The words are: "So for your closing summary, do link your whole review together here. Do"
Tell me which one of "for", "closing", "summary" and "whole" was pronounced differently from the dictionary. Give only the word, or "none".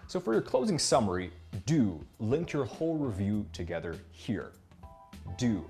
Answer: none